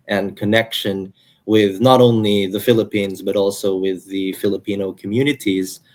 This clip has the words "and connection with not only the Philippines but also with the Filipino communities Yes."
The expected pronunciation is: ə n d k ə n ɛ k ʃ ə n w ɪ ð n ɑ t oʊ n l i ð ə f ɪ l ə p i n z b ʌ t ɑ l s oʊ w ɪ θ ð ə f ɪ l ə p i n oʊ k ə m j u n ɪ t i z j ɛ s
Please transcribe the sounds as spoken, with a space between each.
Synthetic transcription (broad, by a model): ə n k ə n ɛ k ʃ ə n w ɪ ð n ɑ t oʊ n l i ð ə f ɪ l ə p i n z b ʌ t ɑ l s oʊ w ɪ ð ə f ɪ l ə p i n oʊ k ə m j u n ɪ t i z